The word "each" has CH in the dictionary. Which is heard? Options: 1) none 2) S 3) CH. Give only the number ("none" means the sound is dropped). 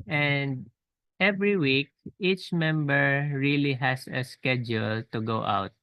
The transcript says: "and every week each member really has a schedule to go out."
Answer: 3